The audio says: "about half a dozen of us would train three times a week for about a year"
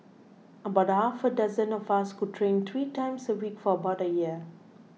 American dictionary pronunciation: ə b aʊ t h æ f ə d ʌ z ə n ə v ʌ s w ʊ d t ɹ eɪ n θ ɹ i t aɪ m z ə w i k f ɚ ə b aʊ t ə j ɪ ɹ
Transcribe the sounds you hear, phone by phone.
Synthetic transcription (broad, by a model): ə b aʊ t h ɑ f ə d ʌ z ə n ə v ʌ s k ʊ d t ɹ eɪ n t ɹ i t aɪ m s ə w i k f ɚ ə b aʊ t ə j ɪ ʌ